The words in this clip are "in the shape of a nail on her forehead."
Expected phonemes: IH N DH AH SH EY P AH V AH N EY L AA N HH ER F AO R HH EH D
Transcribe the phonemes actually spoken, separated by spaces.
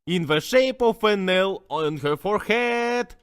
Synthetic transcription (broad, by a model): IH N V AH SH EY P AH F AH N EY L AA N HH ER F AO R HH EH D